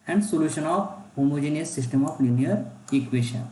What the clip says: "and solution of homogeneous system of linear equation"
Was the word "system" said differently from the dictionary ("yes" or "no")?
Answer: no